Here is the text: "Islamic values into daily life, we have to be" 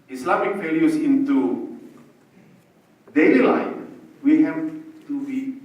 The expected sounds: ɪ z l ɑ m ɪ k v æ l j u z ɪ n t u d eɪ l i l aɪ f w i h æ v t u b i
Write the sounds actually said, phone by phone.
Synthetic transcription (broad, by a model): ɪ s l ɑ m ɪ k p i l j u s ɪ n t u d eɪ l i l aɪ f w i h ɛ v t u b i